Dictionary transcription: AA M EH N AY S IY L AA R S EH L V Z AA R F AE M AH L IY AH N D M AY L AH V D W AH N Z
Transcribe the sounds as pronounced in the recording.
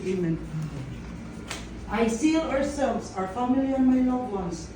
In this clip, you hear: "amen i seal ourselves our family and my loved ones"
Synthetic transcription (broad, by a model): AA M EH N AY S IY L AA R S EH L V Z AA R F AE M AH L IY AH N M AY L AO D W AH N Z